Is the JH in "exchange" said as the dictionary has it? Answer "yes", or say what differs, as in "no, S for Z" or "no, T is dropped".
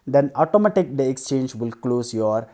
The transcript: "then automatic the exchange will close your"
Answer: yes